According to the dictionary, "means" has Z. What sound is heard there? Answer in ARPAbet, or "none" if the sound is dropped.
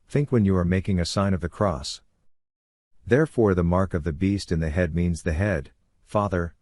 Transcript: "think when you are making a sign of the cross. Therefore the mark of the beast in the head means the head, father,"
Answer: Z